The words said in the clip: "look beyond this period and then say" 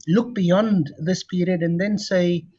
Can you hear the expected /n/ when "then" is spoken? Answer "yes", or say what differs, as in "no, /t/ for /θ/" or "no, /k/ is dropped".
yes